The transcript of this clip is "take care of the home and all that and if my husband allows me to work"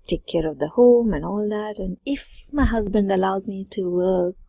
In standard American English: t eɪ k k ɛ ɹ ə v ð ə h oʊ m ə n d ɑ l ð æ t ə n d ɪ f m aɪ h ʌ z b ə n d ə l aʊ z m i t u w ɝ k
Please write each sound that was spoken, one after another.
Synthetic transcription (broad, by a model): t eɪ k k ɛ ɹ ə v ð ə h oʊ m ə n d ɑ l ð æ t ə n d ɪ f m aɪ h ʌ z b ə n d ə l aʊ z m i t u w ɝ k